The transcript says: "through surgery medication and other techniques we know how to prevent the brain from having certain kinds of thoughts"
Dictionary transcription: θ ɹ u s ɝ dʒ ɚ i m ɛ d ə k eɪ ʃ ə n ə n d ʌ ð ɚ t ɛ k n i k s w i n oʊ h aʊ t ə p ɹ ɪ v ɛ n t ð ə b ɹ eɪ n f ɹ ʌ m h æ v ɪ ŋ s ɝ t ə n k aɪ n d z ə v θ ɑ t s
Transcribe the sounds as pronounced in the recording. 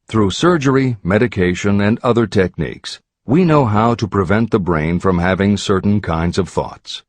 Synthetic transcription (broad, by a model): θ ɹ u s ɝ dʒ ɚ i m ɛ d ə k eɪ ʃ ə n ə n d ʌ ð ɚ t ɛ k n i k s w i n oʊ h aʊ t ə p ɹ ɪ v ɛ n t ð ə b ɹ eɪ n f ɹ ʌ m h æ v ɪ ŋ s ɝ t n k aɪ n d z ə v θ ɑ t s